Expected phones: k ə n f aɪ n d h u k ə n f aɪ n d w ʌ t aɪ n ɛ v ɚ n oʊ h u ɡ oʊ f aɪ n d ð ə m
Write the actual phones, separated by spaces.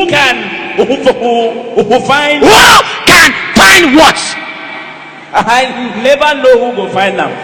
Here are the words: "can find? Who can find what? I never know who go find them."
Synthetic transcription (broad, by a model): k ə n f aɪ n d h u k ə n f aɪ n d w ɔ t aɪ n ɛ b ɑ n oʊ h u ɡ oʊ f aɪ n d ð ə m